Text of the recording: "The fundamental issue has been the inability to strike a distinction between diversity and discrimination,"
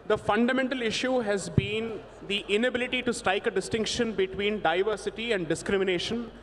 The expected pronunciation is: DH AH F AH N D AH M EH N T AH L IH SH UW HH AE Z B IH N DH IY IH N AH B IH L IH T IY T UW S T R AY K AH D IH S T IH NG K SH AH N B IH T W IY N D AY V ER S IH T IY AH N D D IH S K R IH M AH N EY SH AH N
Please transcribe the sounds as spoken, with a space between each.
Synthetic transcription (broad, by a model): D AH F AH N D AH M EH N T AH L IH SH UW HH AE Z B IH N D IY IH N AH B IH L IH T IY T UW S T R AY K AH D IH S T IH NG K SH AH N B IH T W IY N D AY V ER S IH T IY AH N D D IH S K R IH M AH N EY SH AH N